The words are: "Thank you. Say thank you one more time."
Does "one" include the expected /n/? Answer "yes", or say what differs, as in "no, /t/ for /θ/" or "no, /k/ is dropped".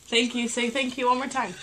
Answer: no, /l/ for /n/